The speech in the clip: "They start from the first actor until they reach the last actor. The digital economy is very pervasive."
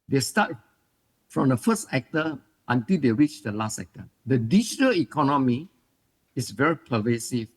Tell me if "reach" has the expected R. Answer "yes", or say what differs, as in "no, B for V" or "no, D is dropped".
yes